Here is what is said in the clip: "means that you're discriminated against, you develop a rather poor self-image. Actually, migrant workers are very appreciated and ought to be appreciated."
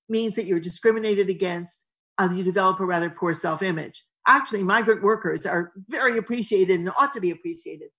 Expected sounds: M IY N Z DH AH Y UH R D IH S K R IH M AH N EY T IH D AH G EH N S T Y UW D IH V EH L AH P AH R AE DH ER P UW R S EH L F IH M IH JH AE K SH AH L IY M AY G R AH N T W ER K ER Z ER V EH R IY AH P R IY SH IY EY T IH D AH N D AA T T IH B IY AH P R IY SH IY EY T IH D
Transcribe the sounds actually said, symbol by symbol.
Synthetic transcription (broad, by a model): M IY N Z DH AH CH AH R D IH S K R IH M AH N EY T IH D AH G EH N S T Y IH D IH V EH L AH P AH R AE DH ER P UW R S EH L F IH M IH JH AE K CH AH L IY M AY G R AH N T W ER K ER Z ER V EH R IY AH P R IY SH IY EY T IH D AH N AA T T IH B IY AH P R IY SH IY EY T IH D